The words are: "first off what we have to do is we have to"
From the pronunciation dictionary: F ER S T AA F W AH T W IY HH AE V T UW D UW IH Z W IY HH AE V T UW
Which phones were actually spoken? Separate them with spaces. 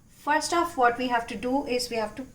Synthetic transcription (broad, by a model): F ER S T AA F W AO T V IY HH AE V T UW D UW IH Z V IY HH AE V T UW